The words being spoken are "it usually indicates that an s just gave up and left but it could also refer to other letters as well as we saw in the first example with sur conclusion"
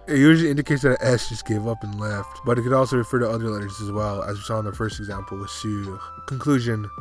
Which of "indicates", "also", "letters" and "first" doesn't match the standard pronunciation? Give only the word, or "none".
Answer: none